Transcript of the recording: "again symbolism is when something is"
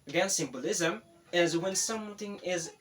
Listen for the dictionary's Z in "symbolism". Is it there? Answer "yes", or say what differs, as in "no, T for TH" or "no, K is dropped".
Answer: yes